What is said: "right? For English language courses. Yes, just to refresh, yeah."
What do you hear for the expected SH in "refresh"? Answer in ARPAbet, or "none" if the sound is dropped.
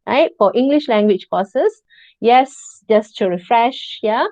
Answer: SH